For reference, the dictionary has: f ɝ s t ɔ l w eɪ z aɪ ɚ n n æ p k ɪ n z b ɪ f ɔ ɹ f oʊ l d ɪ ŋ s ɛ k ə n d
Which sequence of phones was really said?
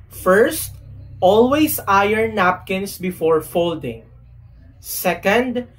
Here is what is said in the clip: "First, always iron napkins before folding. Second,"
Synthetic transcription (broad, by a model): f ɝ s t ɔ l w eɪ s aɪ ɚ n n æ p k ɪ n s b ɪ f ɔ ɹ f oʊ l d ɪ ŋ s ɛ k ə n d